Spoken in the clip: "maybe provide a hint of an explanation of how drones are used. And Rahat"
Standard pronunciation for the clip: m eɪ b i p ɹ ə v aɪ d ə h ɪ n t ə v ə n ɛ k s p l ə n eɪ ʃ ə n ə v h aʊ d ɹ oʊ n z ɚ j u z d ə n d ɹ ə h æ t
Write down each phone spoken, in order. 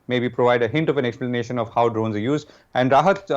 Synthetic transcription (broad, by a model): m eɪ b i p ɹ ə v aɪ d ə h ɪ n t ə v ə n ɛ k s p l ə n eɪ ʃ ə n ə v h aʊ d ɹ oʊ n z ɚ j u z d ə n d ɹ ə h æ t